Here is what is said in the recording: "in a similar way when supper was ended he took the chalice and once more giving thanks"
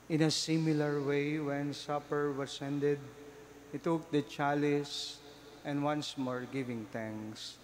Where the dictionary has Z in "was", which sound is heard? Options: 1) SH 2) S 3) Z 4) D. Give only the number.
2